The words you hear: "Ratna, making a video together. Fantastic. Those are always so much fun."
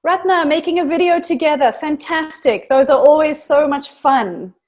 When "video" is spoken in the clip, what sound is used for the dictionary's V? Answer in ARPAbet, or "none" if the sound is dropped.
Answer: V